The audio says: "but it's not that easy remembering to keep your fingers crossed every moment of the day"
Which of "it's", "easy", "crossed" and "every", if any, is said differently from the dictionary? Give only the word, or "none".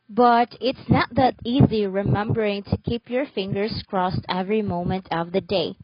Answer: none